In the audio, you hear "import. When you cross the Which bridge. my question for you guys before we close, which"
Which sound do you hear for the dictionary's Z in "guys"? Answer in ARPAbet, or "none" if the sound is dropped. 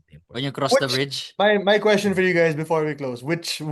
Z